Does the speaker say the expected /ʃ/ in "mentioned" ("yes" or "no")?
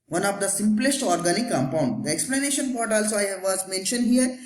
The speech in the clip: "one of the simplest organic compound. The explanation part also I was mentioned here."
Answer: yes